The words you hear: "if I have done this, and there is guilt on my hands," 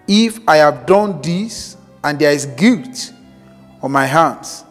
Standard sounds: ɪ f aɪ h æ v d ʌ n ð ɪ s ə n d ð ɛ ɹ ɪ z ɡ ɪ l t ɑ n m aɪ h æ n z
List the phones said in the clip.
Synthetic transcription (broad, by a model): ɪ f aɪ h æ v d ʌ n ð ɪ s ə n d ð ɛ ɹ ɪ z ɡ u t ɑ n m aɪ h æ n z